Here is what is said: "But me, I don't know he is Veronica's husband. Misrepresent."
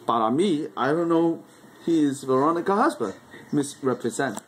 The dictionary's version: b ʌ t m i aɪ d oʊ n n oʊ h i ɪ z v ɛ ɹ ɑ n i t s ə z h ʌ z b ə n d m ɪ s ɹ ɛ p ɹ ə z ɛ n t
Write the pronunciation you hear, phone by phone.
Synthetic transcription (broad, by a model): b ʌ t m i aɪ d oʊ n n oʊ h i ɪ z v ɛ ɹ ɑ n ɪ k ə h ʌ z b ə d m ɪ s ɹ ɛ p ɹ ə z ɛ n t